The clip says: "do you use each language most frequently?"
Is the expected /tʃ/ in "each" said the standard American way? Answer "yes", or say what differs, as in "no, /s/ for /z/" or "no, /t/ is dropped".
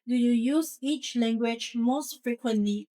yes